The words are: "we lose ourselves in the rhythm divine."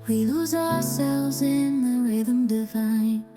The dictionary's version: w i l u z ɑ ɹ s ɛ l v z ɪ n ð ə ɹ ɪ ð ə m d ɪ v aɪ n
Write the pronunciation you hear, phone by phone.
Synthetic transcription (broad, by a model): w i l u z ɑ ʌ s ɛ l v z ɪ n ð ə ɹ ɪ ð ə m d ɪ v aɪ n